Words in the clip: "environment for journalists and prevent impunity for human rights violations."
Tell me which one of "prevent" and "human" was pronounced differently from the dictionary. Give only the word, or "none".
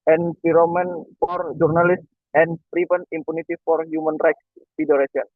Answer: prevent